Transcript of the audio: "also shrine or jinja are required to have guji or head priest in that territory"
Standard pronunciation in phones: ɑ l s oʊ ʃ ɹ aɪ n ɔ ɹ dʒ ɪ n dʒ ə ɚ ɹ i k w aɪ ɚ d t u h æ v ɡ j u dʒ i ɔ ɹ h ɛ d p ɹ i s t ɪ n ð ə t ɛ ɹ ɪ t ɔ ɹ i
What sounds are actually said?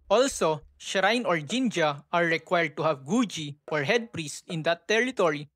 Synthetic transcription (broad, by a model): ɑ l s oʊ ʃ ɹ aɪ n ɔ ɹ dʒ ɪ n dʒ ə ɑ ɹ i k w aɪ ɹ d t u h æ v ɡ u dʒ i ɔ ɹ h ɛ d p ɹ i s t ɪ n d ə t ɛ ɹ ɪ t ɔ ɹ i